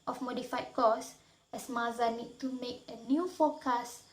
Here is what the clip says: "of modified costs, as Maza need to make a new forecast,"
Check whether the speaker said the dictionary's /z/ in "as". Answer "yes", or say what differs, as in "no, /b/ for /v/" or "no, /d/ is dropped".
no, /s/ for /z/